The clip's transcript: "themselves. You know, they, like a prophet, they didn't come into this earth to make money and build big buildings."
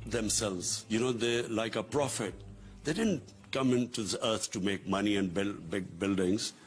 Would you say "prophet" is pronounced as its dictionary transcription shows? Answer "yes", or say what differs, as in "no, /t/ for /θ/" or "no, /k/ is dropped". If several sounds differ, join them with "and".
yes